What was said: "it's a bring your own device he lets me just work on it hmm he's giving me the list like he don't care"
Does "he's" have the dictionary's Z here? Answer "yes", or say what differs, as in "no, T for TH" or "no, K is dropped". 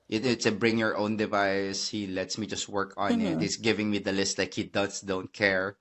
no, S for Z